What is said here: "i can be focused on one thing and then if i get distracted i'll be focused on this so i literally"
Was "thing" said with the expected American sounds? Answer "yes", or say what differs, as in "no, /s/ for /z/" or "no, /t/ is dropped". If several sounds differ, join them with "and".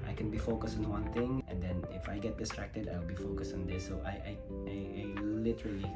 no, /t/ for /θ/